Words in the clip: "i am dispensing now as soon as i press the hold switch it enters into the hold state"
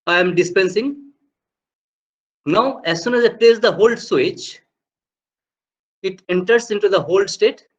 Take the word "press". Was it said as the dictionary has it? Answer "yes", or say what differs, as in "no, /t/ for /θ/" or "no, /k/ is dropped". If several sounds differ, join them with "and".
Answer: no, /l/ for /ɹ/